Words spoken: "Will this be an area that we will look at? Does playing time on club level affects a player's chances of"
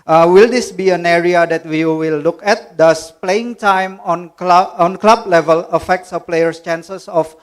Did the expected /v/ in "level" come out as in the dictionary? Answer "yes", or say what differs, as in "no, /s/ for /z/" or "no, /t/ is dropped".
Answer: yes